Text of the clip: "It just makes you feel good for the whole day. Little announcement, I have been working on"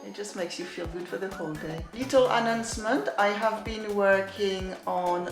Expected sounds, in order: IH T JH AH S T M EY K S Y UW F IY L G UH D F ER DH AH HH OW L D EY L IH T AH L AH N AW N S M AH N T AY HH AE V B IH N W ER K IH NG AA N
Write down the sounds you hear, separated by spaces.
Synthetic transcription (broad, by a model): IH T JH AH S T M EY K S Y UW F IY L G UH D F ER DH AH HH OW L D EY L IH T L AH N AW N S M AH N T AY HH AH V B IH N W ER K IH NG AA N